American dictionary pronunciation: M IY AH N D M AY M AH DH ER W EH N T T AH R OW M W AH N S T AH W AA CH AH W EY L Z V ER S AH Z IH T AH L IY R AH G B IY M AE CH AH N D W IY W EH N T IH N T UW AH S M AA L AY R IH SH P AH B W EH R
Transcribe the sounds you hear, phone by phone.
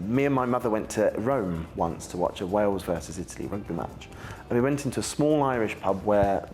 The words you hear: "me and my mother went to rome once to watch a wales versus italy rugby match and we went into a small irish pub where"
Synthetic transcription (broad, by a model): M IY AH N M AY M AH DH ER W EH N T T AH R OW M W AH N S T AH W AA CH AH W EY L Z V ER S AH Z IH T AH L IY R AH G B IY M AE CH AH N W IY W EH N T IH N T UW AH S M AA L AY R IH SH P AH B W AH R